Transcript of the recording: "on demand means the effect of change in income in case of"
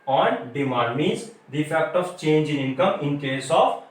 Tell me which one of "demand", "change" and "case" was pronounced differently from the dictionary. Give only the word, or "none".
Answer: demand